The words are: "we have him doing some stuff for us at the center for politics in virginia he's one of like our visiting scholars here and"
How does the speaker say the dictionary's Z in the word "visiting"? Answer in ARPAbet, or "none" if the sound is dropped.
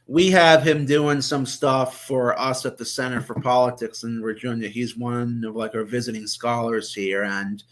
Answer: Z